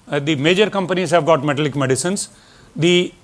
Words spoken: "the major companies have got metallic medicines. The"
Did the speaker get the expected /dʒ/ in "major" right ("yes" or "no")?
yes